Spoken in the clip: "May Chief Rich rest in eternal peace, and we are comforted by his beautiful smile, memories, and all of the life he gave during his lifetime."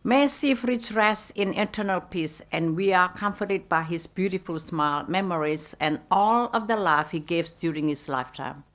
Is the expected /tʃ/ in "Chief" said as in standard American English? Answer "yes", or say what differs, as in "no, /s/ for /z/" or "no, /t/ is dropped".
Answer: no, /s/ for /tʃ/